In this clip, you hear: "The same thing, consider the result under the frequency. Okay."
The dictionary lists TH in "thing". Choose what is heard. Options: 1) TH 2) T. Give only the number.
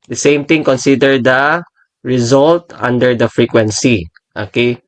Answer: 2